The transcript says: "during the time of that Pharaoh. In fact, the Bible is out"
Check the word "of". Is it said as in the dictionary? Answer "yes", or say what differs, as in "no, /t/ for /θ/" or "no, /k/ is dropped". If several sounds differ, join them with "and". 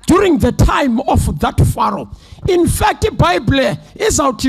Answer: no, /f/ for /v/